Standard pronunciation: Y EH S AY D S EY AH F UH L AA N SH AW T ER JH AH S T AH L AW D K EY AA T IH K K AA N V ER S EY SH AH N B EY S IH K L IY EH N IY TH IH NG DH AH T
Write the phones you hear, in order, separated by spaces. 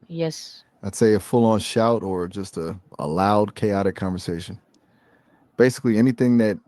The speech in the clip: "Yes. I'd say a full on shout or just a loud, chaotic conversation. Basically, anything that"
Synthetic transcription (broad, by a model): Y EH S AY D S EY AH F UH L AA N SH AW T ER JH AH S T AH L AW D K EY AA T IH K K AA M V ER S EY SH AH N B EY S IH K L IY EH N IY TH IH NG DH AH T